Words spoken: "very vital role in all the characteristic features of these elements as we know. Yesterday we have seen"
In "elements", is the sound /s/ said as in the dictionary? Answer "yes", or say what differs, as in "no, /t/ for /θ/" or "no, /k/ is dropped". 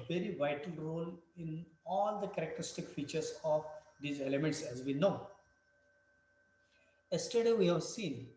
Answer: yes